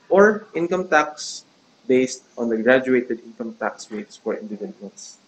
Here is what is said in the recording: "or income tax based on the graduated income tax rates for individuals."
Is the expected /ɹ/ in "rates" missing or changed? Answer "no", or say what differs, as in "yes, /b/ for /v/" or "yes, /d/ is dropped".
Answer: yes, /w/ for /ɹ/